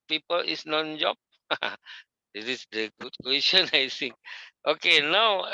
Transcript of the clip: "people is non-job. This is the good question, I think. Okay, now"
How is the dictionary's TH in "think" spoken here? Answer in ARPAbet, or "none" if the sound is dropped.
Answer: S